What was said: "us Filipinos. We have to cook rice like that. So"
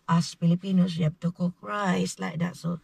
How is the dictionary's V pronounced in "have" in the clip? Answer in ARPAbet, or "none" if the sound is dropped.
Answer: B